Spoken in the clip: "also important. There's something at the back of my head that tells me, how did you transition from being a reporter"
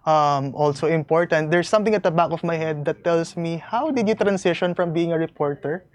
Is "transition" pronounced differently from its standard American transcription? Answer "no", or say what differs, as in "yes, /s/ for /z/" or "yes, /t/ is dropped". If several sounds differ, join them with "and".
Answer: yes, /s/ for /z/